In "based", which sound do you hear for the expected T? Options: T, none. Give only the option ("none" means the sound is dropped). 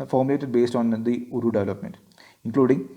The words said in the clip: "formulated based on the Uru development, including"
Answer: T